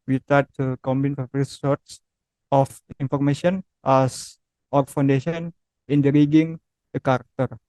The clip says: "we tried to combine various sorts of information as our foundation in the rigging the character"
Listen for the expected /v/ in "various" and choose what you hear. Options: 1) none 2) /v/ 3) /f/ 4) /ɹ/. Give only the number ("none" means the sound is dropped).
3